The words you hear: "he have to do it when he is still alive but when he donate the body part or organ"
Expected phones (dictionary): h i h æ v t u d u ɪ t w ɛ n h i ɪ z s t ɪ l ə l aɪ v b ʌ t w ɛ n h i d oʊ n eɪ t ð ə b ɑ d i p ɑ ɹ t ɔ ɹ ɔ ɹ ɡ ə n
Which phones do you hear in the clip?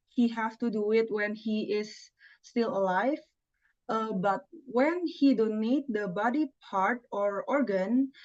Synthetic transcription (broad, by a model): h i h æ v t u d u ɪ t w ɛ n h i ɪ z s t ɪ l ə l aɪ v b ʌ t w ɛ n h i d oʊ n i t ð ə b ɑ d i p ɑ ɹ t ɔ ɹ ɔ ɹ ɡ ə n